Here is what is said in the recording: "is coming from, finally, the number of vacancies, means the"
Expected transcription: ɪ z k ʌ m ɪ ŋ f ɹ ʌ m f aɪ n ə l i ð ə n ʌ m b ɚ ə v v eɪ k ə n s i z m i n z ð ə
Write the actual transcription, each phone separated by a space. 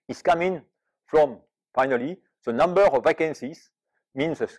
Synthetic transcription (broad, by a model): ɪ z k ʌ m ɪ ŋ f ɹ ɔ m f aɪ n ə l i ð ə n ʌ m b ɚ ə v v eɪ k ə n s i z m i n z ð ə